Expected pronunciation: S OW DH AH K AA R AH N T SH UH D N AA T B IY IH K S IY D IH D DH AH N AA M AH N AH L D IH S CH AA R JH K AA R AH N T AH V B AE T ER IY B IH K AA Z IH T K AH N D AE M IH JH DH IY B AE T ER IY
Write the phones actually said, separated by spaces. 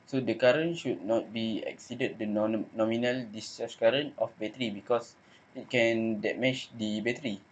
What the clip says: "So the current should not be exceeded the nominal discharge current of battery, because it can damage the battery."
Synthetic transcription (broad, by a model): S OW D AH K AA R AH N SH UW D N AA T B IY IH K S IY D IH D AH N AA M AH N AH L D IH S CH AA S K AA R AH N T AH F B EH T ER IY B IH K AA S IH T K AH N D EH M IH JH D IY B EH T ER IY